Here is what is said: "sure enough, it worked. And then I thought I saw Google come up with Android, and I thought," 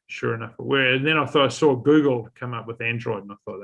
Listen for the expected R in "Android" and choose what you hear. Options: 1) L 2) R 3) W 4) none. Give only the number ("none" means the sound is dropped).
2